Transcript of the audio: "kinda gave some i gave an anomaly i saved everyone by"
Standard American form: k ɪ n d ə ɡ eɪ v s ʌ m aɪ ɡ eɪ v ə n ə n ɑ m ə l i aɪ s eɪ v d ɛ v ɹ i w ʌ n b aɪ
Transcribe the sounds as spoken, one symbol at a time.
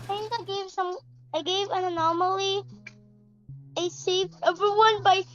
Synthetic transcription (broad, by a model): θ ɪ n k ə ɡ eɪ v s ʌ m aɪ ɡ eɪ v ə n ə n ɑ m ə l i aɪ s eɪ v ɛ v ɹ i w ʌ n b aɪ